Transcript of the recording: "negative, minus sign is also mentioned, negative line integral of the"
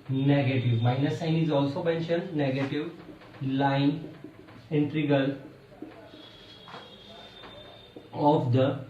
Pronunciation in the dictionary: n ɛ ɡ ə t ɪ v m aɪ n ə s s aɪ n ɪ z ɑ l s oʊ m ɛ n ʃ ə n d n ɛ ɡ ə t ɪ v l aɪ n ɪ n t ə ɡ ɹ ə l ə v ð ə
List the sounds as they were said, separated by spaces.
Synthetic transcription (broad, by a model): n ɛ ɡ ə t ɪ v m aɪ n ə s s aɪ n ɪ z ɑ l s oʊ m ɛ n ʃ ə n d n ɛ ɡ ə t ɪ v l aɪ n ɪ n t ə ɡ ə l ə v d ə